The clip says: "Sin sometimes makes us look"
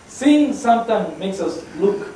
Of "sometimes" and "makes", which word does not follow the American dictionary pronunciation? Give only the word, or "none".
sometimes